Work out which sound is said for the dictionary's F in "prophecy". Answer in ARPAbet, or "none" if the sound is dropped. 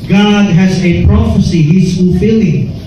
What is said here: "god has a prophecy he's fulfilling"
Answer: F